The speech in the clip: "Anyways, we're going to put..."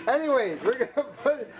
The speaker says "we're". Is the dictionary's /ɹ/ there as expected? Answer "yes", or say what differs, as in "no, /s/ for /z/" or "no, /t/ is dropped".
yes